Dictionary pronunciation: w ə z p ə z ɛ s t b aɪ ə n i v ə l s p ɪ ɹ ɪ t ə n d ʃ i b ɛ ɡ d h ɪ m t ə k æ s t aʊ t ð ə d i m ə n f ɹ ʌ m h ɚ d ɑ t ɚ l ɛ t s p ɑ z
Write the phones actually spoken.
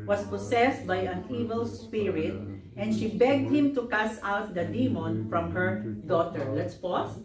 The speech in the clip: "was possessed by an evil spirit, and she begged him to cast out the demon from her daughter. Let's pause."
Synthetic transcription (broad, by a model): w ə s p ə s ɛ s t b aɪ ə n i v ə l s p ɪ ɹ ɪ t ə n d ʃ i b ɛ ɡ d h ɪ m t ə k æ s aʊ t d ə d i m ə n f ɹ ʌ m h ɚ d ɑ t ɚ l ɛ t s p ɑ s